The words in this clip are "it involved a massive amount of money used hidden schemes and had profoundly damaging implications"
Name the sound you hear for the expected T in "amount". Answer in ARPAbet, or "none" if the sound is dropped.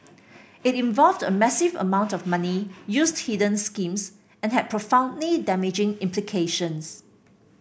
T